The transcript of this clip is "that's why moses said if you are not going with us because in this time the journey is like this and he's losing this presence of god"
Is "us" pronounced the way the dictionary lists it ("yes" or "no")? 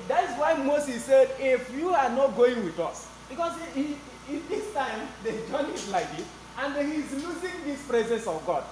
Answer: yes